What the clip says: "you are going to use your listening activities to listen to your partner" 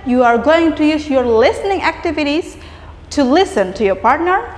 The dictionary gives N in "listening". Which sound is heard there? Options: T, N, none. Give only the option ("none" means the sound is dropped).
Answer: N